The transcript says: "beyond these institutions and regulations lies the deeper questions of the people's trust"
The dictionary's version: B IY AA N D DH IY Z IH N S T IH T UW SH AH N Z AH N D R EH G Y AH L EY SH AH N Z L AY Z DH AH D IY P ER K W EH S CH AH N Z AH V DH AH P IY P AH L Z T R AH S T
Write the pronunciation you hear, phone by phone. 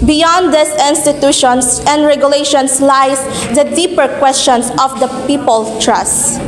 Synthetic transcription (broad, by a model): B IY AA N D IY S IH N S T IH T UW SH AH N S AH N D R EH G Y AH L EY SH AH N S L AY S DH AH D IY P ER K W EH S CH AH N S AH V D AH P IY P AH L T R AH S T